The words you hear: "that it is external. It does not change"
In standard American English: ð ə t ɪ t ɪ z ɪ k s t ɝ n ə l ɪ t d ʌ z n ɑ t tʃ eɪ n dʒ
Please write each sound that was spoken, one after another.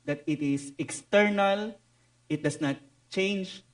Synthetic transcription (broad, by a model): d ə t ɪ t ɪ s ɪ k s t ɝ n ə l ɪ t d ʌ s n ɑ t tʃ eɪ n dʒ